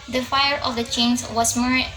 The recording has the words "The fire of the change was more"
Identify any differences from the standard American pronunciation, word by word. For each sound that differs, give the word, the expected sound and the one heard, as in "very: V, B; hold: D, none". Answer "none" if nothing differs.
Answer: change: JH, Z